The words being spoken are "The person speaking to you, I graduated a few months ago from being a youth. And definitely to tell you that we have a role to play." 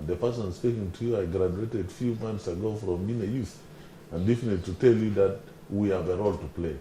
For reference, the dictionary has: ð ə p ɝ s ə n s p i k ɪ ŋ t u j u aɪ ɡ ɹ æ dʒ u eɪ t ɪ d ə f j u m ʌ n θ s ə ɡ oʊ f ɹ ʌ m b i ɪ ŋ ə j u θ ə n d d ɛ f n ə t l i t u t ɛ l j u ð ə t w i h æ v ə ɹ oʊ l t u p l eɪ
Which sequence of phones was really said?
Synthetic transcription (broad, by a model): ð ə p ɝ s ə n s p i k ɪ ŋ t u j u aɪ ɡ ɹ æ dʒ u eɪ t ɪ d f j u m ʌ n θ s ə ɡ oʊ f ɹ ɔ m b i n ə j u θ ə n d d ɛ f ə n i t u t ɛ l j u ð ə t w i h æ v ə ɹ oʊ l t u p l eɪ